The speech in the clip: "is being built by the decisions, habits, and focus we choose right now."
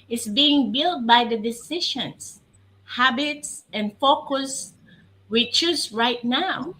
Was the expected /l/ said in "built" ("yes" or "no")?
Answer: yes